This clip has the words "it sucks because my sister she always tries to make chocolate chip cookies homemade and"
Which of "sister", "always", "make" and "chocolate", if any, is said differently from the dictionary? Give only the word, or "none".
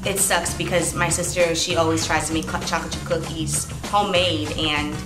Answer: chocolate